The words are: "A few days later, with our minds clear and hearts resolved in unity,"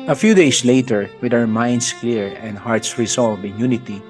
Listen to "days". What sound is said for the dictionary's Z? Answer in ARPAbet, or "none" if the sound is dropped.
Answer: S